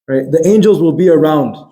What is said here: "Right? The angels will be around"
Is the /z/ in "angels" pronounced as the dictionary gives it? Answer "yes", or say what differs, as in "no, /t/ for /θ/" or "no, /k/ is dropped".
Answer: yes